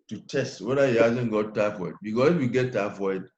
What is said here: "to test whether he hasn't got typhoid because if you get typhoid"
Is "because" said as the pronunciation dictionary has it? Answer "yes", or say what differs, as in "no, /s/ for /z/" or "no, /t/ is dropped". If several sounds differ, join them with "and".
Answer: no, /s/ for /z/